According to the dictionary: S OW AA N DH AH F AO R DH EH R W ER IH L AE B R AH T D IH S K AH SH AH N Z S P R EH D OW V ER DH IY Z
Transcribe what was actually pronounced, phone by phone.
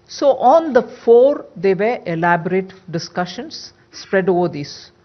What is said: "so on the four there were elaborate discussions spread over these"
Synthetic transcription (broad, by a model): S OW AA N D AH F AO R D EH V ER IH L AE B R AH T D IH S K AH SH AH N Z S P R EH D OW V ER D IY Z